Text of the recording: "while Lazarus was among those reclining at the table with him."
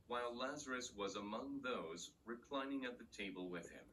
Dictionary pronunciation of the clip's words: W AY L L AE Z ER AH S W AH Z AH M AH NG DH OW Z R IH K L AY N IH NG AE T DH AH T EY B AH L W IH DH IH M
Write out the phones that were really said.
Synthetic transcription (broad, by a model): W AY L L AE Z ER AH S W AH Z AH M AH NG DH OW Z R IH K L AY N IH NG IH T DH AH T EY B AH L W IH DH IH M